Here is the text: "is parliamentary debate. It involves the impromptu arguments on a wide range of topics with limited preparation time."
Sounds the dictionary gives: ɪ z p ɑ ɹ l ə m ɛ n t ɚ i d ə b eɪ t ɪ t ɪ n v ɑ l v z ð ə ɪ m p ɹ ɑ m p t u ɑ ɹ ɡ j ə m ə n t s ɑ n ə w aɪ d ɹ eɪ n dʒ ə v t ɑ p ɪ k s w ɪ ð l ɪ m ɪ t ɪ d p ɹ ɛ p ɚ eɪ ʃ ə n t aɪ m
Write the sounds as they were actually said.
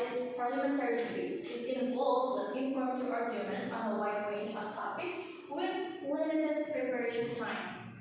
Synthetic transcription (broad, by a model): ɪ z p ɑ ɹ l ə m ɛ n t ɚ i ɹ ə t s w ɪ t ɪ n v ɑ l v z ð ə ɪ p i p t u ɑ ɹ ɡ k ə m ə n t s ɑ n ə w aɪ d ɹ eɪ n dʒ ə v t ɑ p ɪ k w ɪ ð l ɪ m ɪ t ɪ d p ɹ ɛ p ɚ eɪ ʃ ə n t aɪ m